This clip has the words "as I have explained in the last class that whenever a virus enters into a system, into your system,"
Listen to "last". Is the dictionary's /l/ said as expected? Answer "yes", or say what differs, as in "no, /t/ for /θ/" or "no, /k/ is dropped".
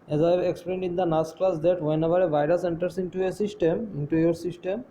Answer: no, /n/ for /l/